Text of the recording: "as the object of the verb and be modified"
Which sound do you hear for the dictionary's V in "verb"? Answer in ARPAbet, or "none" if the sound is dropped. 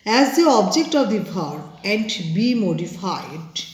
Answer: B